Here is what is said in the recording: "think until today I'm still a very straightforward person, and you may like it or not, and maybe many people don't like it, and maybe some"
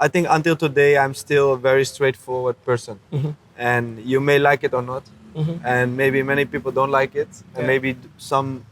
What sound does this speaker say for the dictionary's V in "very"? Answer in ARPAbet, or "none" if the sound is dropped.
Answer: V